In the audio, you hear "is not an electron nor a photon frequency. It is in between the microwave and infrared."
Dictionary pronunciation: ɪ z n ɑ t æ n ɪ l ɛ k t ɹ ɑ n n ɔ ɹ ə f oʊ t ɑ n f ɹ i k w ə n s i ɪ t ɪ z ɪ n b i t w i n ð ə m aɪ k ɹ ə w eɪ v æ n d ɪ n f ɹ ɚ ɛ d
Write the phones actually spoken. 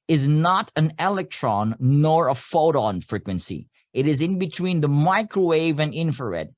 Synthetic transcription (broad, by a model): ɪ z n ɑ t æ n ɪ l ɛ k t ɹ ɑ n n ɔ ɹ ə f oʊ t ɑ n f ɹ i k w ə n s i ɪ t ɪ z ɪ n b i t w i n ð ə m aɪ k ɹ ə w eɪ v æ n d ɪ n f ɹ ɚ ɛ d